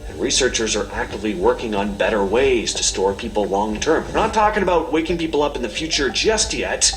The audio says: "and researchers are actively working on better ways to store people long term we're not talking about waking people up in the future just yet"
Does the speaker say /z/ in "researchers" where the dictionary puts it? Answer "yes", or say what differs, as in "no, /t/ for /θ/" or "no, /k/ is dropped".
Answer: yes